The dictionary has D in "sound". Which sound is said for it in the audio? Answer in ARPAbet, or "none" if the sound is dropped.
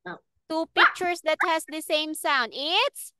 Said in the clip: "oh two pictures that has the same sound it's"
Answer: D